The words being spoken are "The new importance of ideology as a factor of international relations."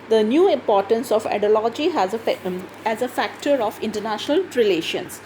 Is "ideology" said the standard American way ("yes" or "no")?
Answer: no